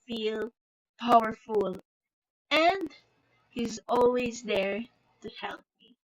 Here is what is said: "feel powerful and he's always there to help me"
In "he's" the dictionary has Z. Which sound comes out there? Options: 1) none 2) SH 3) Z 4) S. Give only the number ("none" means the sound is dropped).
3